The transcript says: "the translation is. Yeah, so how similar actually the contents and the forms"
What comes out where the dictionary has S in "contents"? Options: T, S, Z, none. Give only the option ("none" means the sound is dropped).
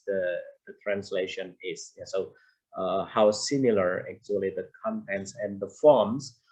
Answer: S